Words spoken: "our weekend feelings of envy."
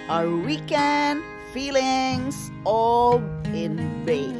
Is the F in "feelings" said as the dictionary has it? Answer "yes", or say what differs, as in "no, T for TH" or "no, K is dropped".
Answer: yes